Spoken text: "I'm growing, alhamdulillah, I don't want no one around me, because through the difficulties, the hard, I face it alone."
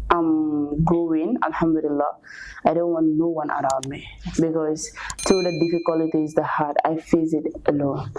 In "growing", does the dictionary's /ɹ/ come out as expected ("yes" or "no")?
no